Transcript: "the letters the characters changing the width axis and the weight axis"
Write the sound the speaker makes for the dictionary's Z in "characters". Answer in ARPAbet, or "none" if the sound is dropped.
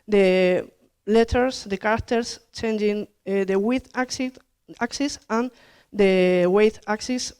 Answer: S